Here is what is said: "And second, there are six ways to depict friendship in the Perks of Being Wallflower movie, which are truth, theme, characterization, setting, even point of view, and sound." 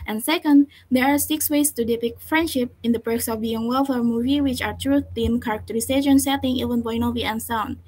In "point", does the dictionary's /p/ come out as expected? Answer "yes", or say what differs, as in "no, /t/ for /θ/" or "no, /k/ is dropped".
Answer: no, /b/ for /p/